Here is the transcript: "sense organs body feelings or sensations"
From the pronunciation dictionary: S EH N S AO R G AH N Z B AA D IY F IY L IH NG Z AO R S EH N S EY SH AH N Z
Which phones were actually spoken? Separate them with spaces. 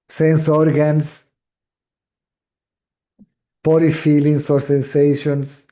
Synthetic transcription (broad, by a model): S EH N S AO R G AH N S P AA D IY F IY L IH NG S AO R S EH N S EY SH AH N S